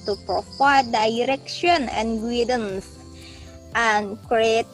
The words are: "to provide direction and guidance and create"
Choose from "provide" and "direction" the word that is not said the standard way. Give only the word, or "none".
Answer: provide